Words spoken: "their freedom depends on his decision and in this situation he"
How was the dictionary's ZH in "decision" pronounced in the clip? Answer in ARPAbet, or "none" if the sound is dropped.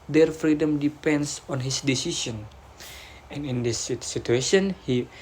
S